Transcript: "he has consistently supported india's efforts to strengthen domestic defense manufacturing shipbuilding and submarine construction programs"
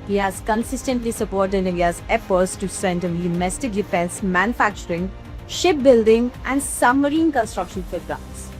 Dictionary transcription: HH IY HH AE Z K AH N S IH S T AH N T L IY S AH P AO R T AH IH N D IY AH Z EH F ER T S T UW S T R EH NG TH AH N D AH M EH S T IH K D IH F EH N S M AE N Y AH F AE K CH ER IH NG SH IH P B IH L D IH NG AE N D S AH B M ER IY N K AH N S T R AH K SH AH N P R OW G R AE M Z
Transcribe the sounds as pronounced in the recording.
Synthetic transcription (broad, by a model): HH IY HH AE Z K AH N S IH S T AH N T L IY S AH P AO R T AH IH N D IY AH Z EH P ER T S T UW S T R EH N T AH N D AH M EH S T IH K D IH F EH N S M AE N Y AH F AE K CH ER IH NG SH IH P B IH L D IH NG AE N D S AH M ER IY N K AH N S T R AH K SH AH N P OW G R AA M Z